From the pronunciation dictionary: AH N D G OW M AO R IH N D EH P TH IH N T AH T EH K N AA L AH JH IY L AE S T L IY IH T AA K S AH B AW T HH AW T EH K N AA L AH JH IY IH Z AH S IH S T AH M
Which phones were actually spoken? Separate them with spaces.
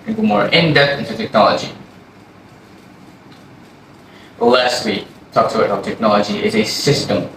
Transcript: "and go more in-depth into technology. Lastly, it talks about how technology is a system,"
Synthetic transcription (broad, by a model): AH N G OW M AO R IH N D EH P IH N T AH T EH K N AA L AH JH IY L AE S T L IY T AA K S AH IH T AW T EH K N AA L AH JH IY IH Z AH S IH S T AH M